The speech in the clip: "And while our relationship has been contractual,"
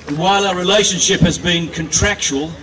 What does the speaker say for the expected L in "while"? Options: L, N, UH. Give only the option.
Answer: L